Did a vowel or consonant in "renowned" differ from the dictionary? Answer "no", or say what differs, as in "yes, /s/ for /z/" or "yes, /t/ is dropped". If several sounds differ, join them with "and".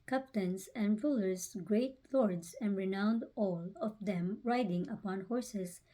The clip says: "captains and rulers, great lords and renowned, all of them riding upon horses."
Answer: no